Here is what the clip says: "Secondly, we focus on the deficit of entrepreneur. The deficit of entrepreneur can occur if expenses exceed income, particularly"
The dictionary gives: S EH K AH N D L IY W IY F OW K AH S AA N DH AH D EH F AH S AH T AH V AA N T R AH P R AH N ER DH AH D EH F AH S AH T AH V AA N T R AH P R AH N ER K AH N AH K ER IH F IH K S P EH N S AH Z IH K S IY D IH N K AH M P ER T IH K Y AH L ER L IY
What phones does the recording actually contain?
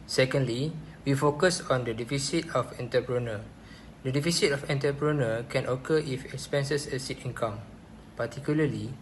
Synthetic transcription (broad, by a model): S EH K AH N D L IY W IY F OW K AH S AA N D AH D EH F AH S AH T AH F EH N T AH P R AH N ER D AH D EH F AH S AH T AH F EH N T AH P R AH N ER K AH N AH K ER IH F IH K S P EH N S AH S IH S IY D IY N K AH M P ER T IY K Y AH L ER L IY